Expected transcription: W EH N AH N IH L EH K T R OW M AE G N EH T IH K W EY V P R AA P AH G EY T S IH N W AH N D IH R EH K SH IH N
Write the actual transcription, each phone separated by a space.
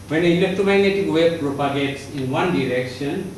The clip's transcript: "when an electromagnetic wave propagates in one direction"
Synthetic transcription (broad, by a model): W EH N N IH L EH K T OW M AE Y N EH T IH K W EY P R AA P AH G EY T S IH N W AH N D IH R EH K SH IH N